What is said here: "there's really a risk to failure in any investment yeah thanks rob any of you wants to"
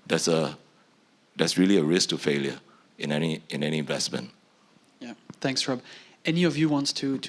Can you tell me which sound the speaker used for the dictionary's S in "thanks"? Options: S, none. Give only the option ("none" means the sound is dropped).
S